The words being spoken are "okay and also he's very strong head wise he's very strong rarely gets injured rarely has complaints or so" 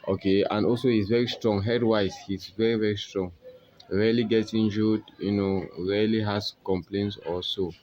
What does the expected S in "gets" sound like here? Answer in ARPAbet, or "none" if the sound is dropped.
none